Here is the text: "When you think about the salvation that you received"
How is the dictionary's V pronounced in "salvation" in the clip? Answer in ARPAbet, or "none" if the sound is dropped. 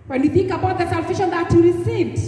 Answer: F